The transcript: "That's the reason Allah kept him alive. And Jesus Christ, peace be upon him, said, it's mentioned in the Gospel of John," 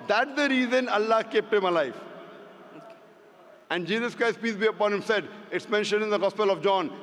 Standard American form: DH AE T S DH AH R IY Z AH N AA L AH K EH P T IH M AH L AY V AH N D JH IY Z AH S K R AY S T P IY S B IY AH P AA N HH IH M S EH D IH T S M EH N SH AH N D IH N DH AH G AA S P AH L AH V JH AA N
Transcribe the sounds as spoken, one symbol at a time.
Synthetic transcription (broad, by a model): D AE T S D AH R IY Z AH N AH L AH K EH P T IH M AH L AY F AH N D JH IY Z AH S K R AY S T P IY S B IY AH P AA N HH IH M S EH D IH T S M EH N SH AH N D IH N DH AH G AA S P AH L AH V JH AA N